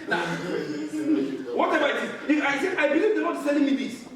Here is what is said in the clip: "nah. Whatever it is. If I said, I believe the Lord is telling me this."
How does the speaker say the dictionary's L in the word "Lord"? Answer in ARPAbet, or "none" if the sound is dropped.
N